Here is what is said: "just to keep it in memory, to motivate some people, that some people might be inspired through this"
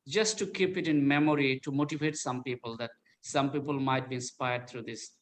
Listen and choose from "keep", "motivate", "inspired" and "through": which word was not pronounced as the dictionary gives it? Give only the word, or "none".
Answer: through